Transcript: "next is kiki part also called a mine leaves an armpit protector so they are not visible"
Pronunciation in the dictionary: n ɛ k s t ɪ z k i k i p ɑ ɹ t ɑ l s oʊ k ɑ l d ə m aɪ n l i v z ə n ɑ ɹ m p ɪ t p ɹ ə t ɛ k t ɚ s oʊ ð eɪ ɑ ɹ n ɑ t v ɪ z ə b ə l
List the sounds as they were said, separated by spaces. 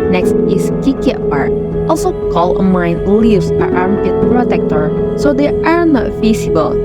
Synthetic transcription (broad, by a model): n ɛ k s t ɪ s k i k i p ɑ ɹ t ɑ l s oʊ k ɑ l ə m aɪ n l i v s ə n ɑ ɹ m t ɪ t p ɹ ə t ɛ k t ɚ s oʊ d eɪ ɑ ɹ n ɑ t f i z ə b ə l